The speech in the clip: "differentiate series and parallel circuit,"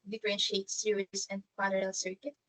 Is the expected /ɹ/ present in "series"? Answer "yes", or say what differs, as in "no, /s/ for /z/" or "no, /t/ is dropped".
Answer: no, /ɹ/ is dropped